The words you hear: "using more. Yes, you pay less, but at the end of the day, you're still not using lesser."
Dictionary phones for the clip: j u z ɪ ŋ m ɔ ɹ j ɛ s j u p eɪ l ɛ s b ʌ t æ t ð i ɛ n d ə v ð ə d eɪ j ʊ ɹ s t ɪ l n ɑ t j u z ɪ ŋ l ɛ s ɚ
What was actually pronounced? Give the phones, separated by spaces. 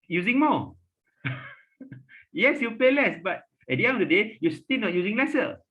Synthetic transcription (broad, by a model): j u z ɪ ŋ m ɔ j ɛ s j u p eɪ l ɛ s b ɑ t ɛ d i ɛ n ə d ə d eɪ j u s t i l n ɑ t j u z ɪ ŋ l ɛ s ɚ